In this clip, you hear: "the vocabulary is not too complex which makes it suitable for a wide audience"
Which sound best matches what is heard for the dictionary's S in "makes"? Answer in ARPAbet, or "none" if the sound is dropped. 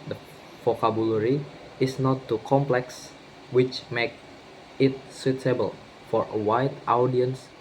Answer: none